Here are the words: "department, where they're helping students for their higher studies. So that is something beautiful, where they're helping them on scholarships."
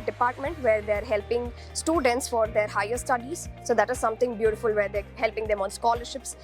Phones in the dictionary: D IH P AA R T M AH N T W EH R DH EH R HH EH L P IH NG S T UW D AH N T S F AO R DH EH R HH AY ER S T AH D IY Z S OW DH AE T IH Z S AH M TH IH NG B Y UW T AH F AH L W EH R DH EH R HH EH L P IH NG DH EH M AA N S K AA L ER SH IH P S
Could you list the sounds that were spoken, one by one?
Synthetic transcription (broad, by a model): D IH P AA R T M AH N T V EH R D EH R HH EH L P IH NG S T UW D AH N T S F AO R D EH R HH AY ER S T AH D IY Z S OW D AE T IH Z S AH M T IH NG B Y UW T AH F AH L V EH R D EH HH EH L P IH NG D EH M AA N S K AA L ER SH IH P S